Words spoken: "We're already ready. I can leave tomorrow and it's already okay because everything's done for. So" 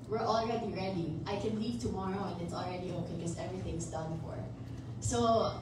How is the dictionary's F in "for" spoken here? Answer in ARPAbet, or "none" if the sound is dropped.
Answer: F